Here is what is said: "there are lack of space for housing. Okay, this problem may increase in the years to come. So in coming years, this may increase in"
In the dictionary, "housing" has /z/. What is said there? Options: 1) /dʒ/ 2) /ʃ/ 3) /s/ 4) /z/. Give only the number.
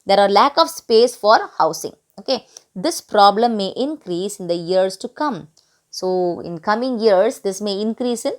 3